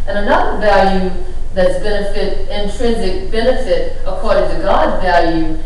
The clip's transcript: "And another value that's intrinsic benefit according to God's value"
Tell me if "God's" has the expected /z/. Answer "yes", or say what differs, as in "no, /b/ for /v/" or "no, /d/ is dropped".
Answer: yes